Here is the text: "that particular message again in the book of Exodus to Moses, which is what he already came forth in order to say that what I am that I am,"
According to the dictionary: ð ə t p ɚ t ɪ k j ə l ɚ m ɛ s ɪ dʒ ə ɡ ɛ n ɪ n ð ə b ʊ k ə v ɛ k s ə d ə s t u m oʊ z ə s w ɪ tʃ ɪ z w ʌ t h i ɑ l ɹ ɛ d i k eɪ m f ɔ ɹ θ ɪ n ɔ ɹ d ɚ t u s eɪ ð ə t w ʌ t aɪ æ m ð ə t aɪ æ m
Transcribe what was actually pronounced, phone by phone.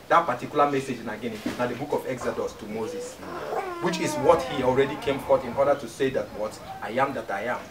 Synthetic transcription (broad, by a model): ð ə t p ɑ t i k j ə l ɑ m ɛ s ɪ dʒ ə ɡ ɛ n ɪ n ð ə b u k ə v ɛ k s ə d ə s t u m oʊ z ə s w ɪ tʃ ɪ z w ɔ t h i ɑ l ɹ ɛ d i k eɪ m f ɔ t ɪ n ɔ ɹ d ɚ t u s eɪ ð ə t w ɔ t aɪ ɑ m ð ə t aɪ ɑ m